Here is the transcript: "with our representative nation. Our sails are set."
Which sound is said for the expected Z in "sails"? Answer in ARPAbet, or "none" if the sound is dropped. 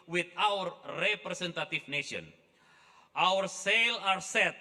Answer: none